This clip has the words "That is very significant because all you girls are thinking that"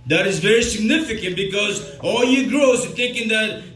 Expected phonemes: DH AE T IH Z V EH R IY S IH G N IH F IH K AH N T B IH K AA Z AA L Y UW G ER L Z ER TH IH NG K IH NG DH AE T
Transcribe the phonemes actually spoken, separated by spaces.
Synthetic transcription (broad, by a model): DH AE T IH Z V EH R IY S IH G N IH F IH K AH N T B IH K AA Z AA L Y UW G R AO S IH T K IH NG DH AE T